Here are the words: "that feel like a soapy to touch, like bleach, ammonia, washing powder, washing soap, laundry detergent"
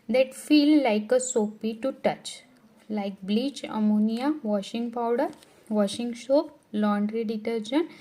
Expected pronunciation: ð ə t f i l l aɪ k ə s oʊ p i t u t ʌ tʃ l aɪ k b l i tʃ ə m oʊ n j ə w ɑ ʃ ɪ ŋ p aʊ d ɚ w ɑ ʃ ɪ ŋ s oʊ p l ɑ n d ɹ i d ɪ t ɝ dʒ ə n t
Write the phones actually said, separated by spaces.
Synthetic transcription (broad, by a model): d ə t f i l l aɪ k ə s oʊ p i t u t ʌ tʃ l aɪ k b l i tʃ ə m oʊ n j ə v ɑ ʃ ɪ ŋ p aʊ d ɚ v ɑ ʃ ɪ ŋ ʃ oʊ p l ɑ n d ɹ i d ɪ t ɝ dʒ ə n